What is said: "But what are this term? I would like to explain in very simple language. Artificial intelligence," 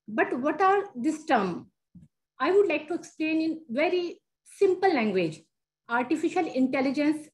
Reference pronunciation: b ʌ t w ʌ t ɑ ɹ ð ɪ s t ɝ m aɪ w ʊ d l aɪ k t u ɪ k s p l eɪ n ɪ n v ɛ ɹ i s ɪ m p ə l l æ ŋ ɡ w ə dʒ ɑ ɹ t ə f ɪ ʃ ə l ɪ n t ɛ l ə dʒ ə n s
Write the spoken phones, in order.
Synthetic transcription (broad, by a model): b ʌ t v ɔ t ɑ ɹ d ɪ s t ɝ m aɪ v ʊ d l aɪ k t u ɪ k s p l eɪ n ɪ n v ɛ ɹ i s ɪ m p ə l l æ ŋ ɡ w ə dʒ ɑ ɹ t ə f ɪ ʃ ə l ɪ n t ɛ l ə dʒ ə n s